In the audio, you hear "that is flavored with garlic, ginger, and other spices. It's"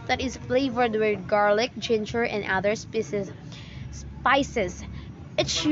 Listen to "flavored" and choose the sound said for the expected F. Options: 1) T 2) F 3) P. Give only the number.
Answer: 2